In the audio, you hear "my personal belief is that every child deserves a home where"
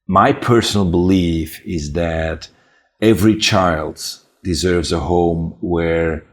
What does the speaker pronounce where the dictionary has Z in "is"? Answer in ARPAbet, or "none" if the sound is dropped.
Z